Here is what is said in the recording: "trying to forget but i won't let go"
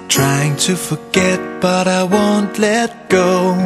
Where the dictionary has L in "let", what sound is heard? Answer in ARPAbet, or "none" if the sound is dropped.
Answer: L